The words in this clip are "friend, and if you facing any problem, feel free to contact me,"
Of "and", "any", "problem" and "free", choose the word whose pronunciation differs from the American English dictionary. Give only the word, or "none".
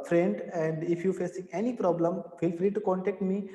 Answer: none